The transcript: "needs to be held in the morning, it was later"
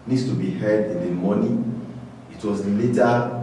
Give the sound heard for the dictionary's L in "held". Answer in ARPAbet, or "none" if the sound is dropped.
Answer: none